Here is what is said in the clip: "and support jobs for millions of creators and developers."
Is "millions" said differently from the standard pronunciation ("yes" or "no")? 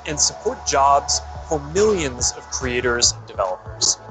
no